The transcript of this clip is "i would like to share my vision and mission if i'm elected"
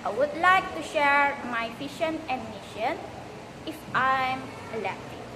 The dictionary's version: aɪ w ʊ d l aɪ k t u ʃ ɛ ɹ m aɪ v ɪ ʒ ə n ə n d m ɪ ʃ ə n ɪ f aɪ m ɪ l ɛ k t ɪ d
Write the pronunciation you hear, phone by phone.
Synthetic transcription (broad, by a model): aɪ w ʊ d l aɪ k t u ʃ ɛ ɹ m aɪ p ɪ ʃ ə n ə n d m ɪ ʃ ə n ɪ f aɪ m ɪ l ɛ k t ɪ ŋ